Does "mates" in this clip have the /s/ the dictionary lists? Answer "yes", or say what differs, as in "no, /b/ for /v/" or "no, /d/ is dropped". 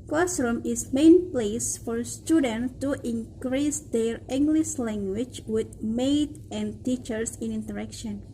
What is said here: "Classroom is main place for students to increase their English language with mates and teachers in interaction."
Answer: no, /s/ is dropped